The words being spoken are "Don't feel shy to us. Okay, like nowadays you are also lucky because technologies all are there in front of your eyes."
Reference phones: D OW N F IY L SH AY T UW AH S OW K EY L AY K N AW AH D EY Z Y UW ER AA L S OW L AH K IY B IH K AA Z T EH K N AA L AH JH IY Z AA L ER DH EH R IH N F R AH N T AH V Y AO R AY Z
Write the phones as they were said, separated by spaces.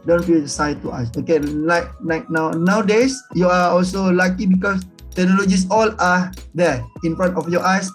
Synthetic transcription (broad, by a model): D OW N F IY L S AY T UW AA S OW K EY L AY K N AW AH D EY S Y UW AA AA L S OW L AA K IY B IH K AA S T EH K N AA L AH JH IY S AA L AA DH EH IH N F R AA N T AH F Y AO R AY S